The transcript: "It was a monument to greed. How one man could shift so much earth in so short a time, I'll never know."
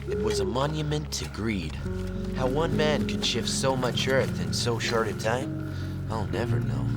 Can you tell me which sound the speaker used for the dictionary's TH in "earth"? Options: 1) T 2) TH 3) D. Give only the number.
2